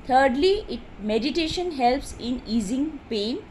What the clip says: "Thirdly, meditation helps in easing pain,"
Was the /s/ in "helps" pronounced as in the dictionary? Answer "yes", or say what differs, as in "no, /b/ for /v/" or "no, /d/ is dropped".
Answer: yes